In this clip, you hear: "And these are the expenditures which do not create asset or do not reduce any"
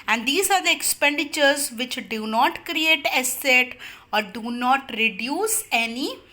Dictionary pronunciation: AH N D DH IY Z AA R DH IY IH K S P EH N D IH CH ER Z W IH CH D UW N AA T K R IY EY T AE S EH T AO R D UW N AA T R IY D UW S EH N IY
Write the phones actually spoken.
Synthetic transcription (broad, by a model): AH N D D IY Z AA R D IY IH K S P EH N D IH CH ER Z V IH CH D UW N AA T K R IY EY T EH S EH T AO R D UW N AA T R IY D UW S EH N IY